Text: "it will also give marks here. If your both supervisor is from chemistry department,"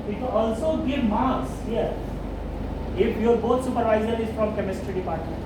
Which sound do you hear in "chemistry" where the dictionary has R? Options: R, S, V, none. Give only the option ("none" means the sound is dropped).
R